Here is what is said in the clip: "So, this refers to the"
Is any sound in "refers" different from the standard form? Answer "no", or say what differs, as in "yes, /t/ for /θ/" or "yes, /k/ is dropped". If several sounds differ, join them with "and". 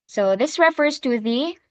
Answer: no